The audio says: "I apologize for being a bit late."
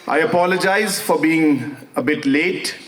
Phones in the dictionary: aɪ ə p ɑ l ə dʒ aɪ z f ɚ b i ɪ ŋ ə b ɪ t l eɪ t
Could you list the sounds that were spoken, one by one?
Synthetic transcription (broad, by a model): aɪ ə p ɑ l ə dʒ aɪ z f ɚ b i ɪ ŋ ə b ɪ t l eɪ t